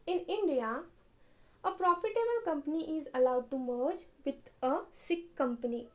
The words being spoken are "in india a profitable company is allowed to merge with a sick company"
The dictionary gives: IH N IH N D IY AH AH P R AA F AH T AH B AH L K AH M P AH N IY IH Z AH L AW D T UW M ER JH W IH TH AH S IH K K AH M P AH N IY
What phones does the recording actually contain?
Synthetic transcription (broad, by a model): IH N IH N D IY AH AH P R AA F AH T AH B AH L K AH M P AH N IY IH Z AH L AW D T UW M ER JH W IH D AH S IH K K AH M P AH N IY